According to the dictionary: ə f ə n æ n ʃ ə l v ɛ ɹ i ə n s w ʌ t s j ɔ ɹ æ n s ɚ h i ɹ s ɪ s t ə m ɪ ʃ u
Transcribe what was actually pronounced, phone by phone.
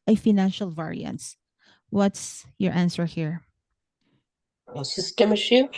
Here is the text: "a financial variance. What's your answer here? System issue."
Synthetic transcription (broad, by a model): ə f ə n æ n ʃ ə l v ɛ ɹ i ə n s w ʌ t s j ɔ ɹ æ n s ɚ h i ɹ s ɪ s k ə m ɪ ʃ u